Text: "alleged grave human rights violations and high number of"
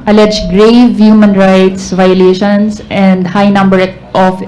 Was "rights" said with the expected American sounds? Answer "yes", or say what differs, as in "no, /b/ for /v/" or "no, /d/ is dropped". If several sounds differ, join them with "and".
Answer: yes